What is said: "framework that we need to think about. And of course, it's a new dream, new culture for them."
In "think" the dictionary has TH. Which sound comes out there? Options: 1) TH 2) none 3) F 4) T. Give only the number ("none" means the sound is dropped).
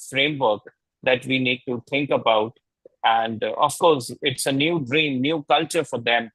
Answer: 4